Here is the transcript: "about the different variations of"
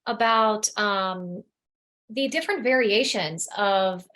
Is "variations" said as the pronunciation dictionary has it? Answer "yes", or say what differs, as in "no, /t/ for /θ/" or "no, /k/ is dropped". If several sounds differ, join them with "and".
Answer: yes